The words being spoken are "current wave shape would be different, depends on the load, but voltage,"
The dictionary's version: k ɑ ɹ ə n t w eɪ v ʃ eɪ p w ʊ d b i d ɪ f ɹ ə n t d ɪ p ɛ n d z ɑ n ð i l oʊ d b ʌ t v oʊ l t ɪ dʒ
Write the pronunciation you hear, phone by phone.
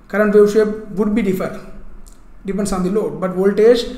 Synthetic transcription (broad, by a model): k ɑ ɹ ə n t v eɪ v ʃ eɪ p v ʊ d b i d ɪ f ə t d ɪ p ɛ n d s ɑ n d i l oʊ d b ʌ t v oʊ l t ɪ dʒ